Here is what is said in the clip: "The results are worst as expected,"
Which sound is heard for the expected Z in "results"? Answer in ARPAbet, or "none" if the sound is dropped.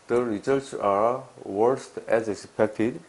S